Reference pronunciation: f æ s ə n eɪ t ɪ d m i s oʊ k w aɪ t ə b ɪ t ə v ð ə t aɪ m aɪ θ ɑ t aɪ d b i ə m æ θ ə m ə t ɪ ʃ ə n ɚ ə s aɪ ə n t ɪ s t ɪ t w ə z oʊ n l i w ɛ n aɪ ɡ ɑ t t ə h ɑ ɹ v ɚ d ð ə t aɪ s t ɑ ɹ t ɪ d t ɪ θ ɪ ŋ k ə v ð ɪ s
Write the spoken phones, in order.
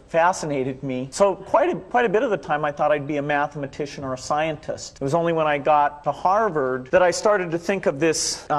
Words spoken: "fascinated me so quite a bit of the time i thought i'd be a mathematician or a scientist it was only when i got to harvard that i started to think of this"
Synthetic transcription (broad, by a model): f æ s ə n eɪ t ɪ d m i s oʊ k w aɪ t ə b ɪ t ə v ð ə t aɪ m aɪ θ ɑ t aɪ d b i ə m æ θ ə m ə t ɪ ʃ ə n ɚ ə s aɪ ə n t ɪ s t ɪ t w ə z oʊ n l i w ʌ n aɪ ɡ ɑ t t ə h ɑ ɹ v ɚ d ð ə t aɪ s t ɑ ɹ t ɪ d t ɪ θ ɪ ŋ k ə v ð ɪ s